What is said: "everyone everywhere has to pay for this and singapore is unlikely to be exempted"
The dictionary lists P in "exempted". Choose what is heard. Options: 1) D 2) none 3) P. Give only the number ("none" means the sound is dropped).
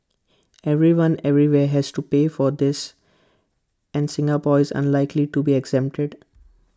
3